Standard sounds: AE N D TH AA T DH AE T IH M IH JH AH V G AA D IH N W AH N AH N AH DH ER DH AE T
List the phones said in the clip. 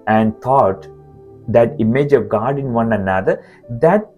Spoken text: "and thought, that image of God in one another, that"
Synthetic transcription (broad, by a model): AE N D T AA T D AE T IH M IH JH AH V G AA D IH N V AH N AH N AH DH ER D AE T